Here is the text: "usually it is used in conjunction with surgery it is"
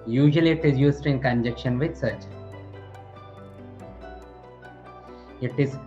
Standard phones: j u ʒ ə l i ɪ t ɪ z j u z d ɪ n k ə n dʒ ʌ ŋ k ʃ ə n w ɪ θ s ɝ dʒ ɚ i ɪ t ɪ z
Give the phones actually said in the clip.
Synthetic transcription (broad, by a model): j u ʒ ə l i ɪ t ɪ z j u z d ɪ n k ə n dʒ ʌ k ʃ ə n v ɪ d s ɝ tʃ ɪ t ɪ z